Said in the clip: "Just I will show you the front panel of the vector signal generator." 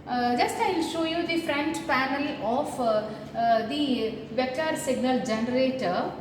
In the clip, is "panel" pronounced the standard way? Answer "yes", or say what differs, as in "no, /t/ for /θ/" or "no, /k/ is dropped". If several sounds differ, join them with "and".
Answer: no, /f/ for /p/